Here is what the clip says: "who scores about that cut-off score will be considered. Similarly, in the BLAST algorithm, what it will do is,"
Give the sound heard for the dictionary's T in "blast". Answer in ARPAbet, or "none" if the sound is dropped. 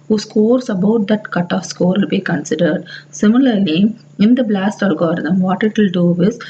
T